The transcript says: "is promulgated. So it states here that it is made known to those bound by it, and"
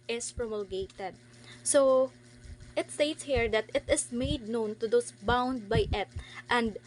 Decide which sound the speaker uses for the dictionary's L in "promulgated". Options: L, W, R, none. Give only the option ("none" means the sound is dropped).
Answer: L